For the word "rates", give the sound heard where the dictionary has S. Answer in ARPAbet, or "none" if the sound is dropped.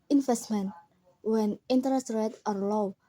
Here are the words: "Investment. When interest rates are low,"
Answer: none